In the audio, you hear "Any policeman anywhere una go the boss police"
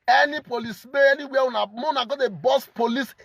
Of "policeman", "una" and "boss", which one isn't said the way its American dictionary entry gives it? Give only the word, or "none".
policeman